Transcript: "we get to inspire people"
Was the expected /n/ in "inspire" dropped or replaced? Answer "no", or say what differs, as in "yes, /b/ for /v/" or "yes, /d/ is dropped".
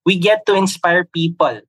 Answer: no